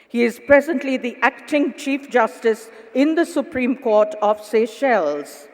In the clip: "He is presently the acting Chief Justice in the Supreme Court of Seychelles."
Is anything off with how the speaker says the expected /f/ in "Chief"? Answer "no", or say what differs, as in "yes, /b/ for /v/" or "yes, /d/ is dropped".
no